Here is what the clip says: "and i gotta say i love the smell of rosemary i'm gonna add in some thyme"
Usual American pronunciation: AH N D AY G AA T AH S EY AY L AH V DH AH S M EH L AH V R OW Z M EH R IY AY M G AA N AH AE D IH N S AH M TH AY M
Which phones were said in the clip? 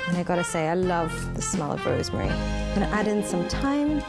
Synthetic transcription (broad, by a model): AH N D AY G AA T AH S EY AY L AH V DH AH S M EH L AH B R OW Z M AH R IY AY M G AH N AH AE D IH N S AH M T AY M